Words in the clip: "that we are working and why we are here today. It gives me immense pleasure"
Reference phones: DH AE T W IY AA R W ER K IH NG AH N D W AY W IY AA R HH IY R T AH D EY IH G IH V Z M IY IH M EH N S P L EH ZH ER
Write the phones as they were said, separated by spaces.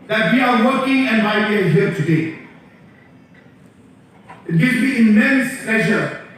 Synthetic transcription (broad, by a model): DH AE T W IY AA R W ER K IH NG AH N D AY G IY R HH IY R T AH D EY IH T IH Z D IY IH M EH N S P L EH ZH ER